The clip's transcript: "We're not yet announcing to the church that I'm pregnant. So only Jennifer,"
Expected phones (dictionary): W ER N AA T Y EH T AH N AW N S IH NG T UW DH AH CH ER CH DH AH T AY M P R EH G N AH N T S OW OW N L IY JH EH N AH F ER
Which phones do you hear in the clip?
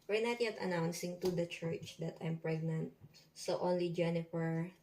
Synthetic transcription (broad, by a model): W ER N AA T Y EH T AH N AW N S IH NG T UW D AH CH ER CH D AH T AY M P R EH G N AH N T S OW OW N L IY JH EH N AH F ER